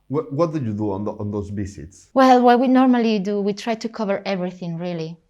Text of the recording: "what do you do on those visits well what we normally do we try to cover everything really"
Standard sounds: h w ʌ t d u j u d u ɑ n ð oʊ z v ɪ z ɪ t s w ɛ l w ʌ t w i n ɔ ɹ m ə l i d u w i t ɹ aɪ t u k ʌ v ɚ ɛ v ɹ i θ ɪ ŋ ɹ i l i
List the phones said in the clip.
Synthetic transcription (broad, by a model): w w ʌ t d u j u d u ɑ n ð oʊ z b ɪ s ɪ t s w ɛ l w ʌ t w i n ɔ ɹ m ə l i d u w i t ɹ aɪ t u k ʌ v ɚ ɛ v ɹ i θ ɪ ŋ ɹ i l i